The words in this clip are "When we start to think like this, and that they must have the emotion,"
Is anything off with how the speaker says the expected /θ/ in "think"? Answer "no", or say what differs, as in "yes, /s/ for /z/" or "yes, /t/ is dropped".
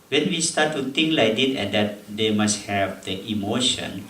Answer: yes, /t/ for /θ/